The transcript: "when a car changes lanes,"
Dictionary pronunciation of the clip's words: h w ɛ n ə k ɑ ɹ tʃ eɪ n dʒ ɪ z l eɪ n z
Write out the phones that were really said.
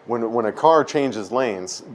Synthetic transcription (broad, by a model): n w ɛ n ə k ɑ ɹ tʃ eɪ n dʒ ɪ z l eɪ n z